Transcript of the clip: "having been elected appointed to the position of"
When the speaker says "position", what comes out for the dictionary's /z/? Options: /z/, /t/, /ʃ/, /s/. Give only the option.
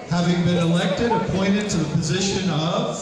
/z/